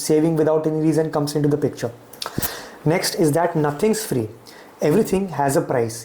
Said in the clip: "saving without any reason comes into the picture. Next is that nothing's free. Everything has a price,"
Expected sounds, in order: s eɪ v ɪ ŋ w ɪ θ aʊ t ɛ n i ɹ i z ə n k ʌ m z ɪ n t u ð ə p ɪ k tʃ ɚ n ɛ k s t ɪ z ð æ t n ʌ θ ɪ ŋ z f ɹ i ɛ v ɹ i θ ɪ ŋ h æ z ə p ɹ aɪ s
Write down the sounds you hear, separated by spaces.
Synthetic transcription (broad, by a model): s eɪ v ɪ ŋ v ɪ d aʊ t ɛ n i ɹ i z ə n k ʌ m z ɪ n t u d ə p ɪ k tʃ ɚ n ɛ k s t ɪ z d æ t n ʌ t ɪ ŋ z f ɹ i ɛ v ɹ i t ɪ ŋ h æ z ə p ɹ aɪ s